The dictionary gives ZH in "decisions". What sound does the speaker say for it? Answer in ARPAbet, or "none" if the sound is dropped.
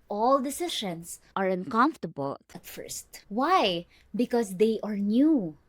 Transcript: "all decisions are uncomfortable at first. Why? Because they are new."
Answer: SH